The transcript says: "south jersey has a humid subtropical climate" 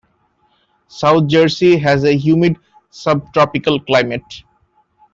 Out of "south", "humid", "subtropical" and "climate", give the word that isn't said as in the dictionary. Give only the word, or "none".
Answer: south